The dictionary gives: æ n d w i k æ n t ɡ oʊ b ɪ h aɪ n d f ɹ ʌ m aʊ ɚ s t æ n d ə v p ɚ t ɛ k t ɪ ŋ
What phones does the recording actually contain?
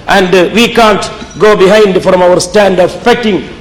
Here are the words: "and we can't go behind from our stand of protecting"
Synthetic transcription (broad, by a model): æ n d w i k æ n t ɡ oʊ b ɪ h aɪ n d f ɹ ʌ m aʊ ɚ s t æ n d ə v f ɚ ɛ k t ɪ ŋ